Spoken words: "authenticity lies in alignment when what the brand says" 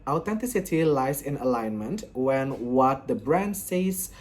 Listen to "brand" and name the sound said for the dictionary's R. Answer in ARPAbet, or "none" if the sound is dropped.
R